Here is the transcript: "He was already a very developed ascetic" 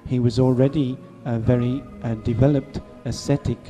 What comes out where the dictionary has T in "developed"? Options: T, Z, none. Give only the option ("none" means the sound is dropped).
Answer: T